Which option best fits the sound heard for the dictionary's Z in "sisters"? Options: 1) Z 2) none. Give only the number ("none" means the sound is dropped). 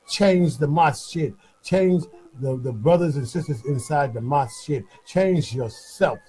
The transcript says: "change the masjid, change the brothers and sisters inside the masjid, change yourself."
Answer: 1